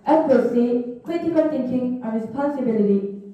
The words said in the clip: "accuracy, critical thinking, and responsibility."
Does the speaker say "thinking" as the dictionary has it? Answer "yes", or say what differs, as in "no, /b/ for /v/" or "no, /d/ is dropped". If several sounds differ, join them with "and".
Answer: no, /t/ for /θ/